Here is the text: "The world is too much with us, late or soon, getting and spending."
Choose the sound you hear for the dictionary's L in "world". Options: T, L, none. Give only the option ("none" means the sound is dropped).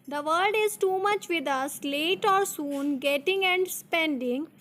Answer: none